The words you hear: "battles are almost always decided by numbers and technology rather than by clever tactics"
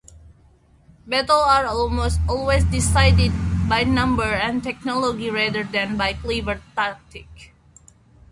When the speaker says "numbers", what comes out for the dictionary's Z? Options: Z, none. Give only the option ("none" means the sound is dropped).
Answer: none